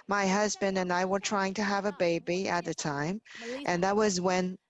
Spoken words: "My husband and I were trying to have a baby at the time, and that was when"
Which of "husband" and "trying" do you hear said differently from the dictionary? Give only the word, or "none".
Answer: none